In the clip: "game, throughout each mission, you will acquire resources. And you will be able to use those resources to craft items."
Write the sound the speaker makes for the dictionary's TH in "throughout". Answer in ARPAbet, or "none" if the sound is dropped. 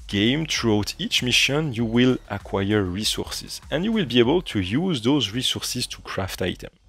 T